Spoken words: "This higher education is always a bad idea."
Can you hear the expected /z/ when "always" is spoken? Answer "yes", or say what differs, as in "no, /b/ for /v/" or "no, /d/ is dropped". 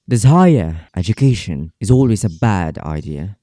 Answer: yes